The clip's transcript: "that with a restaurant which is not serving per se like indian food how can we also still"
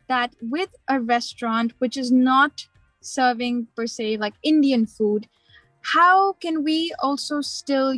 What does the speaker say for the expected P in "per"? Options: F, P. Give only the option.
P